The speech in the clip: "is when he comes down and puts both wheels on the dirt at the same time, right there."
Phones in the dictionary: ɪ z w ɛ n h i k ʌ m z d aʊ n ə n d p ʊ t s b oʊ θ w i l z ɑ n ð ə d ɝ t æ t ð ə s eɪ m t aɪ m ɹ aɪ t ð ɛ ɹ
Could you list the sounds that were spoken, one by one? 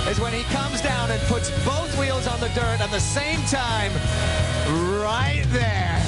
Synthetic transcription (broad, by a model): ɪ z w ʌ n i k ʌ m z d aʊ n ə n p ʊ t s b oʊ θ w i l z n ð ə d ɝ t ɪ t ð ə s eɪ m t aɪ m ɹ aɪ t ð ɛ ɹ